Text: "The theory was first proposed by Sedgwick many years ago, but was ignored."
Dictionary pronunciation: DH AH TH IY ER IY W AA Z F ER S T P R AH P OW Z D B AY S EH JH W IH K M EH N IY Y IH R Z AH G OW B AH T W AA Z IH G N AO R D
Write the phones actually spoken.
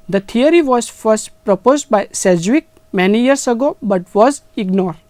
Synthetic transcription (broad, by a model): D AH T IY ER IY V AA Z F ER S T P R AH P OW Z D B AY S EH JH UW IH K M EH N IY Y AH R S AH G OW B AH T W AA Z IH G N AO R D